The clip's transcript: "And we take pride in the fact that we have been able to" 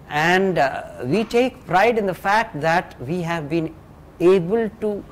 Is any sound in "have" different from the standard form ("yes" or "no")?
no